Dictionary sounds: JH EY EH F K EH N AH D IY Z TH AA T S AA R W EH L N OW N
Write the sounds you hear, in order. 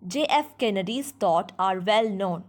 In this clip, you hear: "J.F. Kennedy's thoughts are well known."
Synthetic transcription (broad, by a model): JH EY EH F K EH N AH D IY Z T AA T AA R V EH L N OW N